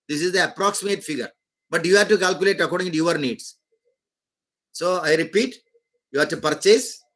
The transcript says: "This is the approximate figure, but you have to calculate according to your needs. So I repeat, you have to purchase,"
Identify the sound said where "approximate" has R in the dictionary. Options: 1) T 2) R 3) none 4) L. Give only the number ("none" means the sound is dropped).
2